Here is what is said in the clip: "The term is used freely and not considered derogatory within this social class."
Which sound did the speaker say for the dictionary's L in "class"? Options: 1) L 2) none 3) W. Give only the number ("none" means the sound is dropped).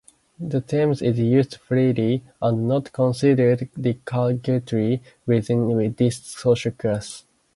2